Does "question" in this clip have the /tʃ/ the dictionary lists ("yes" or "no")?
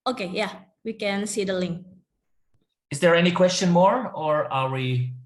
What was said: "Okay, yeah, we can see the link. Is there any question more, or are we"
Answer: yes